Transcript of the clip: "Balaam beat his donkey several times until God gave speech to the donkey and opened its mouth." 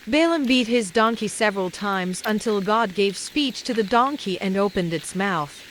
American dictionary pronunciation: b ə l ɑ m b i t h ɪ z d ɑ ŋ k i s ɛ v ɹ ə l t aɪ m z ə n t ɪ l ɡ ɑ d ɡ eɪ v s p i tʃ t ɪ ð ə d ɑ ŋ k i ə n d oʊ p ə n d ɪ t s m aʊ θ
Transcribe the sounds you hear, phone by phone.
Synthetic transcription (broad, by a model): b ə l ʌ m b i t h ɪ z d ɑ ŋ k i s ɛ v ɹ ə l t aɪ m z ə n t ɪ l ɡ ɑ d ɡ eɪ v s p i tʃ t ɪ ð ə d ɑ ŋ k i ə n oʊ p ə n d ɪ t s m aʊ θ